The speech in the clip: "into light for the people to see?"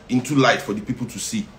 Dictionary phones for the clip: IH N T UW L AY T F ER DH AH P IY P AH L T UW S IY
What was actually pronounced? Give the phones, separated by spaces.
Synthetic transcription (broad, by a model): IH N T UW L AY T F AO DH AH P IY P AH L T UW S IY